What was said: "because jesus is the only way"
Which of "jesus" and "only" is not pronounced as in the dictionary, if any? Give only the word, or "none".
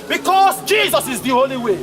only